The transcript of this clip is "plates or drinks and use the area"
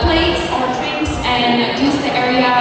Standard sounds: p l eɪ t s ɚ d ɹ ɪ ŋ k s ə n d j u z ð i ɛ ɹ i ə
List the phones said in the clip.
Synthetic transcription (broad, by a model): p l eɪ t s ɚ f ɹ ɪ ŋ s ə n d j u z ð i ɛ ɹ i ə